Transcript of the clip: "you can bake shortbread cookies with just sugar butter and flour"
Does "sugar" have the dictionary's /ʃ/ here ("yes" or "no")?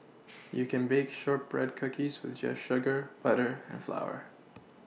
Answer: yes